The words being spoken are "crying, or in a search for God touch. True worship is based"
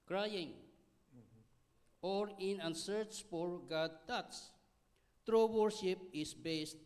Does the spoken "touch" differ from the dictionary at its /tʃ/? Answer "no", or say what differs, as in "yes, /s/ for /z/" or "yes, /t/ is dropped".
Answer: yes, /s/ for /tʃ/